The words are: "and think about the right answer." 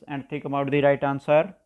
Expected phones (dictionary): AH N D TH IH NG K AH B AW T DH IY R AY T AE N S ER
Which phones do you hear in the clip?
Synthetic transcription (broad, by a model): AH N D T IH K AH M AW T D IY R AY T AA N S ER